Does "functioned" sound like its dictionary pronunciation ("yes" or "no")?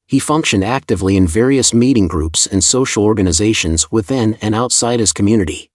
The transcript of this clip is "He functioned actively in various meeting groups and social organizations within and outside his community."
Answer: yes